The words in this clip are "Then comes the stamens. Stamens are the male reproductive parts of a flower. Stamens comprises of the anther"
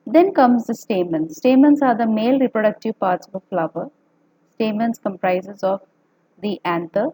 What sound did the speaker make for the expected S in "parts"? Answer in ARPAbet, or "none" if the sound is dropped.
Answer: S